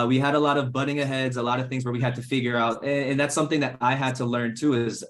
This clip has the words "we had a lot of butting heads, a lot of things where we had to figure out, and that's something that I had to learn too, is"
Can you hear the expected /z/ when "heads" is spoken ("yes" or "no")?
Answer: yes